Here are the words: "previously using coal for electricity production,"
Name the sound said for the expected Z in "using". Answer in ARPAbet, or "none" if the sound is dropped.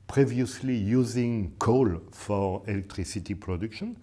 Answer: Z